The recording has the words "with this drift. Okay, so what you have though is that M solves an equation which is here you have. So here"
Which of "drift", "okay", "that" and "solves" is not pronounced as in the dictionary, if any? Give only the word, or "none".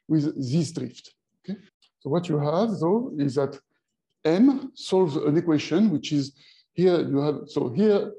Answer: none